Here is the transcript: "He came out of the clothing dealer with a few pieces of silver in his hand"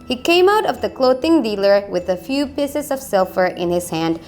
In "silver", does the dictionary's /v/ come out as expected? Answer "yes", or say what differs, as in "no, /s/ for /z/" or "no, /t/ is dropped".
no, /f/ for /v/